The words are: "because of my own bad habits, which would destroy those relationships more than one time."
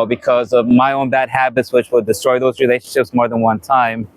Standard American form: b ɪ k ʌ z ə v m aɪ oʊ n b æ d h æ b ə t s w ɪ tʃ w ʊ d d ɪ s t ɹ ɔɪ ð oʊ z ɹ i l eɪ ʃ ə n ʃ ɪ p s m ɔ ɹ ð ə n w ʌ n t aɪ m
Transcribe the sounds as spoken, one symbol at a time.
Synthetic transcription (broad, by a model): b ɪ k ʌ z ə v m aɪ oʊ n b æ d h æ b ə t s w ɪ tʃ w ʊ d d ɪ s t ɹ ɔɪ ð oʊ z ɹ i l eɪ ʃ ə n ʃ ɪ p s m ɔ ɹ ð ə n w ʌ n t aɪ m